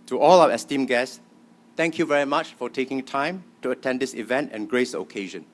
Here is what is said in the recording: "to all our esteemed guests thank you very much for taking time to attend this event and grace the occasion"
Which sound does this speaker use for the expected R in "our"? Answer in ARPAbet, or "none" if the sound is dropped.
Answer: W